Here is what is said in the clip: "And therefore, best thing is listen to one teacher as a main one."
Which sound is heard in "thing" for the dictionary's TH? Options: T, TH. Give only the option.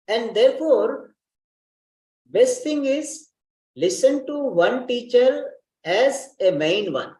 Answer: T